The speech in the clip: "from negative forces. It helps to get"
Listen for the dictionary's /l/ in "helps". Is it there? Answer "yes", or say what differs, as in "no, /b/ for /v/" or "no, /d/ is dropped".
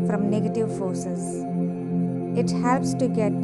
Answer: yes